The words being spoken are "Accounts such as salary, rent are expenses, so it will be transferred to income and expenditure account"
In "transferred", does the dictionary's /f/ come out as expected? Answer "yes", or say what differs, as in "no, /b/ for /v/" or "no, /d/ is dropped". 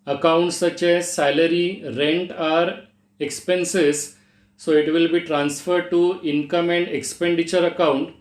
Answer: yes